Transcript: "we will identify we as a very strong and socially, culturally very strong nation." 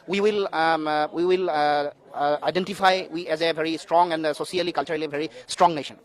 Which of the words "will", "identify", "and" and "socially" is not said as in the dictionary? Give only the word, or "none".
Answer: socially